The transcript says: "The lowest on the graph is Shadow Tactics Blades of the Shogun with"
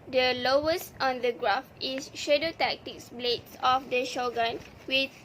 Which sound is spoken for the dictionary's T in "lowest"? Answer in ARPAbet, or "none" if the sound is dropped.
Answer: T